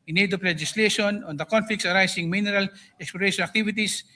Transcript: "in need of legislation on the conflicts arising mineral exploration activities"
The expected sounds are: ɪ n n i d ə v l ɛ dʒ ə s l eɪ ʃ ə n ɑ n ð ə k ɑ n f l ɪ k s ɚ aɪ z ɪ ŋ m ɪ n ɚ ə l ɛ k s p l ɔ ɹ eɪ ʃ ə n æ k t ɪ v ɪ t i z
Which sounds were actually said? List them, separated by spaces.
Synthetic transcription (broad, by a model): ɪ n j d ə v l ɛ dʒ ə s l eɪ ʃ ə n ɑ n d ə k ɑ n f l ɪ k s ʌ aɪ s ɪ ŋ m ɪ n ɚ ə l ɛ k s p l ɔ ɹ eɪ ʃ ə n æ k t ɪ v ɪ t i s